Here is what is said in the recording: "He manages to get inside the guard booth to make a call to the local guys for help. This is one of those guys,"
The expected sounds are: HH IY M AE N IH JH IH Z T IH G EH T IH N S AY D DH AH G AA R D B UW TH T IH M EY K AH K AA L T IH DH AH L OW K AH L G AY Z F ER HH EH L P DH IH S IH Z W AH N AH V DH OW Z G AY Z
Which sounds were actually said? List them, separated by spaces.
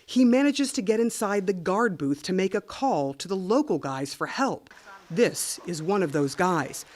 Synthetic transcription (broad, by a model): HH IY M AE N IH JH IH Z T IH G EH T IH N S AY D DH AH G AA R D B UW TH T IH M EY K AH K AA L T IH DH AH L OW K L G AY Z F ER HH EH L P DH IH S IH Z W AH N AH V DH OW Z G AY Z